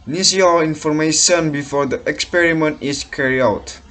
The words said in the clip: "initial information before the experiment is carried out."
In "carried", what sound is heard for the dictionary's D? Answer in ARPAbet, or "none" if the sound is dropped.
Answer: none